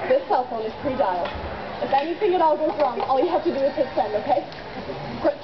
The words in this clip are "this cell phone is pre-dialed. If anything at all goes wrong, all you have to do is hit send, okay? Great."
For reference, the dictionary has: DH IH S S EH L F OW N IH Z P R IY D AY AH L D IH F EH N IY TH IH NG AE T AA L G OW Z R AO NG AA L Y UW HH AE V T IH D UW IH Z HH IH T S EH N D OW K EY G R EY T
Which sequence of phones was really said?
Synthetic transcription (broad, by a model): DH IH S S EH L F OW N IH Z P R IY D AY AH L IH F EH N IY TH IH NG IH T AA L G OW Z R AO NG AA L Y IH HH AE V T IH D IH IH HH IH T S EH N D OW K EY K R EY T